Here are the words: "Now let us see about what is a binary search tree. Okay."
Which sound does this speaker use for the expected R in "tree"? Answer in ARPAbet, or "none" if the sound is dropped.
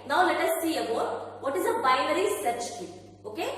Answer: none